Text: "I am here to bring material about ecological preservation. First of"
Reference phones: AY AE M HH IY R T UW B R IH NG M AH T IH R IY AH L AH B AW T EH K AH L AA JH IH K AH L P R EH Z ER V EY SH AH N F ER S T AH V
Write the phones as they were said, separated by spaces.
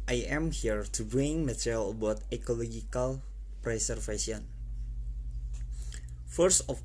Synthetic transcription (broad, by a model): AY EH M HH IY R T UW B IH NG M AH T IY R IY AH L AH B AW T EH K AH L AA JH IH K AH L P R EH S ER F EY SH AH N F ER S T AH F